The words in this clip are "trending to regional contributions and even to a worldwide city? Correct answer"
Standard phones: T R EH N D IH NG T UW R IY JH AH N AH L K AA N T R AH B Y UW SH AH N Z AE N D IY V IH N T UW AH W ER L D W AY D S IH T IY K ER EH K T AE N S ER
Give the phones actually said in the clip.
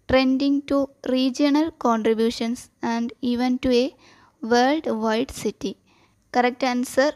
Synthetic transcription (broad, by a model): T R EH N D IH NG T UW R IY JH AH N AH L K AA N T R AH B Y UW SH AH N S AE N D IY V IH N T UW AH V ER L D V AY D S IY T IY K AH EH K T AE N S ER